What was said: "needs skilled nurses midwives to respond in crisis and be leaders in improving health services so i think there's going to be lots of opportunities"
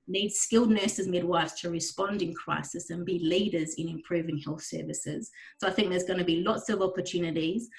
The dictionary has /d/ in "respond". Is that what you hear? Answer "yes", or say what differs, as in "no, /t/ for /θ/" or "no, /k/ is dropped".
yes